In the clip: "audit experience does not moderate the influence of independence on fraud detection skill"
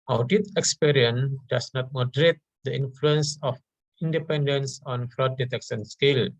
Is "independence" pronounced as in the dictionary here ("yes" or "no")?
yes